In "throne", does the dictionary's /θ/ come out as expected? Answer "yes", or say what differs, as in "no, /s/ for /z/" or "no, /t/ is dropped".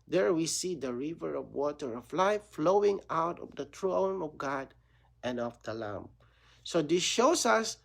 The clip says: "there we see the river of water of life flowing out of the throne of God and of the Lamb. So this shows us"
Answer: no, /t/ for /θ/